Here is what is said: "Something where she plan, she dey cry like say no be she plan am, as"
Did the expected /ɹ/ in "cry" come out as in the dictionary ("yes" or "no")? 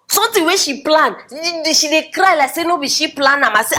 yes